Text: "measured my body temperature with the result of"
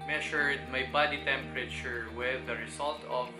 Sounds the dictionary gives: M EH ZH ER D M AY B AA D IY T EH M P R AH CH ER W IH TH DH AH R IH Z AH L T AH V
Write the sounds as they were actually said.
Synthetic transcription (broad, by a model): M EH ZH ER D M AY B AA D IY T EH M P R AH CH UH W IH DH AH R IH S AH L T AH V